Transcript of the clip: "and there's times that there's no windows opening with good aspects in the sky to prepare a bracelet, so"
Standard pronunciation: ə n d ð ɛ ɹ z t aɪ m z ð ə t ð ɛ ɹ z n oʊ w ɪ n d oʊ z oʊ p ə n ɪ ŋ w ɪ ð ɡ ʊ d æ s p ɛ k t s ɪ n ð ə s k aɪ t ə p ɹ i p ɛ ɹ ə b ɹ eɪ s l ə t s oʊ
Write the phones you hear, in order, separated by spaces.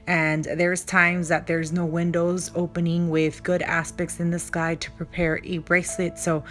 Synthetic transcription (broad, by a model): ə n ð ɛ ɹ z t aɪ m z ð ə t ð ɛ ɹ z n oʊ w ɪ n d oʊ z oʊ p ə n ɪ ŋ w ɪ ð ɡ ʊ d æ s p ɛ k t s ɪ n ð ə s k aɪ t ə p ɹ i p ɛ ɹ ə b ɹ eɪ s l ə t s oʊ